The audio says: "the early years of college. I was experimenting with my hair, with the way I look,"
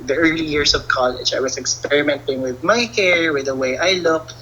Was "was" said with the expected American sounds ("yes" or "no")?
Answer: no